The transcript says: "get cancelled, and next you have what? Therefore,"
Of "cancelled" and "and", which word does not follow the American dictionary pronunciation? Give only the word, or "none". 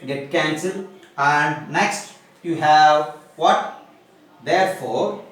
cancelled